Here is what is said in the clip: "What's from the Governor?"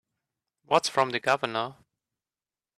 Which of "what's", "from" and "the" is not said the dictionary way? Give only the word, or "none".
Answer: none